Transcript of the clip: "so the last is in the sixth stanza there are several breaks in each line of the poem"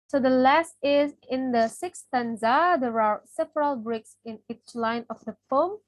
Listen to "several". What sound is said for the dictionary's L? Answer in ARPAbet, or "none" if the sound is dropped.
L